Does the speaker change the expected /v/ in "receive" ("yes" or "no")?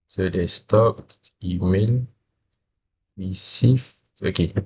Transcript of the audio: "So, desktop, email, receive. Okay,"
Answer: yes